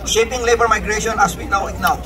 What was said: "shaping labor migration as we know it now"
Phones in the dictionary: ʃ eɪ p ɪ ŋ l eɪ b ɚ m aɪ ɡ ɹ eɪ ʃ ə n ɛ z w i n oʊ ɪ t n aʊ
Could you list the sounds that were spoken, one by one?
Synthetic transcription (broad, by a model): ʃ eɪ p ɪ ŋ l eɪ b ɚ m aɪ ɡ ɹ eɪ ʃ ə n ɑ s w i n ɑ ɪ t n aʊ